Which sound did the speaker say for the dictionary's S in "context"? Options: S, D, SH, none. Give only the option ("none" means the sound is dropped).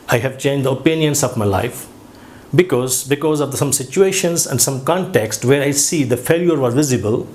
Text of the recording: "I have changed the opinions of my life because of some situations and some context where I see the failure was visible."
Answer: S